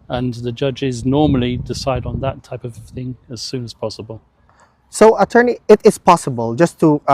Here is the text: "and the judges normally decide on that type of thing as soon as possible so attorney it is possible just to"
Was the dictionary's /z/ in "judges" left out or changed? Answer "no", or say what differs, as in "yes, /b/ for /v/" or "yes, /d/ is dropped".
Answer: no